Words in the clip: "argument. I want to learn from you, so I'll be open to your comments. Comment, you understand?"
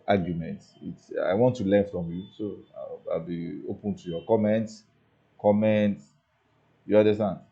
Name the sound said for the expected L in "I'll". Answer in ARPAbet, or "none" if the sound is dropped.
L